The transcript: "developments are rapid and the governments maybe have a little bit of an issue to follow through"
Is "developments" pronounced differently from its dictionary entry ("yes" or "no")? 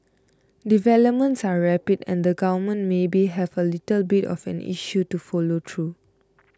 no